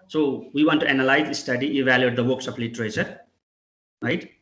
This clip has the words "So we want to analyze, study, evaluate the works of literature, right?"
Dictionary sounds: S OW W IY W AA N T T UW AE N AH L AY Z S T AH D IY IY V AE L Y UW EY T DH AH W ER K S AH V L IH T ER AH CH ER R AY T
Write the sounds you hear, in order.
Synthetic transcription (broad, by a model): S OW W IY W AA N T T UW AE N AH L AY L S T AH D IY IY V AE L Y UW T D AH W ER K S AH P L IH T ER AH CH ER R AY T